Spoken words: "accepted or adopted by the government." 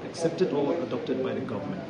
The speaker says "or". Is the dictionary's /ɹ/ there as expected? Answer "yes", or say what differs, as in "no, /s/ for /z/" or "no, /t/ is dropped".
no, /l/ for /ɹ/